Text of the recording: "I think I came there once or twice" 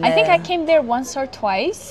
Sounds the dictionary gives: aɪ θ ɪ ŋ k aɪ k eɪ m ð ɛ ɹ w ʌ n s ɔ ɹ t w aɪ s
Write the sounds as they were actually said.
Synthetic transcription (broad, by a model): aɪ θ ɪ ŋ k aɪ k eɪ m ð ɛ ɹ w ʌ n s ɔ ɹ t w aɪ s